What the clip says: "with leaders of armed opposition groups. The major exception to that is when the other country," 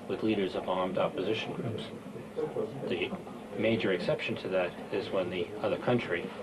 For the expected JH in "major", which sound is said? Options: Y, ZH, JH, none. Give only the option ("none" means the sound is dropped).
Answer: JH